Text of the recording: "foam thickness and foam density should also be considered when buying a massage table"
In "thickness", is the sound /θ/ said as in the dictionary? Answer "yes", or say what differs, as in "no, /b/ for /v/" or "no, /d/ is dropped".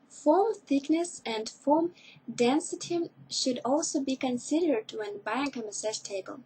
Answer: yes